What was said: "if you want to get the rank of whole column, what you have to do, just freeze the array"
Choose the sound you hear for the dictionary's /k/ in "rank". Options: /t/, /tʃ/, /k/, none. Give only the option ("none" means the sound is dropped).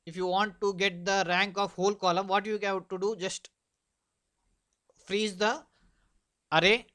/k/